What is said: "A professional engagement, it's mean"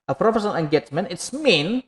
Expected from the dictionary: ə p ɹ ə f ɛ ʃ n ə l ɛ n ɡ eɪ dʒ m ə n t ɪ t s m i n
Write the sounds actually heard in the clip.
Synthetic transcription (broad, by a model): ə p ɹ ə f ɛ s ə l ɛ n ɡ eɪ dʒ m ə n ɪ t s m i n